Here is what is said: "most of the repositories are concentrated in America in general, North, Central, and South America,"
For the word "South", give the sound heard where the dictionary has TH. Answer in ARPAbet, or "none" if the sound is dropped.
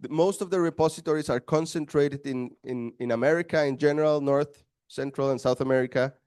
TH